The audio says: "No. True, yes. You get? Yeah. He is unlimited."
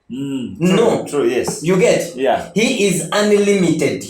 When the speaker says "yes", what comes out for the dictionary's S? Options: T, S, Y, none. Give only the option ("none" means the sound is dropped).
S